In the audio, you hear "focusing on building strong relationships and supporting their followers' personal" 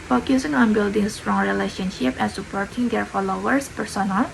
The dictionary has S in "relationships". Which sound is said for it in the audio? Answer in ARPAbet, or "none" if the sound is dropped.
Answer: none